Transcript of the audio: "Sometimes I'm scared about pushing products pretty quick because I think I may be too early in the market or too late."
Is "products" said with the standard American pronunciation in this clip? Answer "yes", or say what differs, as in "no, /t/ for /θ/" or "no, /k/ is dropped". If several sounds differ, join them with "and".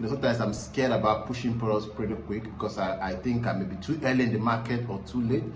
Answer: no, /k/ is dropped